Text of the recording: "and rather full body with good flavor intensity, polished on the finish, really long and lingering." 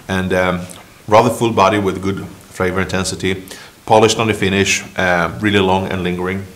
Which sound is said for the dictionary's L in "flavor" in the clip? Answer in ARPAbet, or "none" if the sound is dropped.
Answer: none